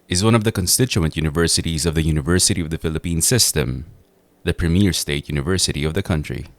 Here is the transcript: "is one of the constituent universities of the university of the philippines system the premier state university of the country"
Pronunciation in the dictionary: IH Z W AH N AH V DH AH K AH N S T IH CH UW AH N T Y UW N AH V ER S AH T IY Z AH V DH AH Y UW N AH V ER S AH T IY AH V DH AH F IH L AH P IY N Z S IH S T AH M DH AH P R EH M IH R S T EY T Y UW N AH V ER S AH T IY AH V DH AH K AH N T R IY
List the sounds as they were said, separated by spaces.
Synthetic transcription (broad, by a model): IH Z W AH N AH V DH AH K AH N S T IH CH UW AH N T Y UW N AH V ER S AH T IY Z AH V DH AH Y UW N AH V ER S AH T IY AH V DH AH F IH L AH P IY N S IH S T AH M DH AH P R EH M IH R S T EY T Y UW N AH V ER S AH T IY AH V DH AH K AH N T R IY